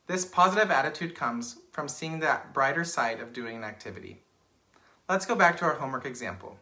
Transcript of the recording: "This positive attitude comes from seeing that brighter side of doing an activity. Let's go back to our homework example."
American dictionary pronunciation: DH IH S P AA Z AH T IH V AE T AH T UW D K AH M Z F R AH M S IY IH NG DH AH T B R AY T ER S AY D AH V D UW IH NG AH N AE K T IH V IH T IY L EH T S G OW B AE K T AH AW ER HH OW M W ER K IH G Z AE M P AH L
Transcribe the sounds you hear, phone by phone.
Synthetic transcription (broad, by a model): DH IH S P AA Z AH T IH V AE T AH T UW D K AH M Z F R AH M S IY IH NG DH AH T B R AY T ER S AY D AH V D UW IH NG AH N AE K T IH V IH T IY L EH T S G OW B AE K T AH AW ER HH OW M W ER K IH G Z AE M P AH L